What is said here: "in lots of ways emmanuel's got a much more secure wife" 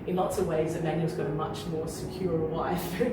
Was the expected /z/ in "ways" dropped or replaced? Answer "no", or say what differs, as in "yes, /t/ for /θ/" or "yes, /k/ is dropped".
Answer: no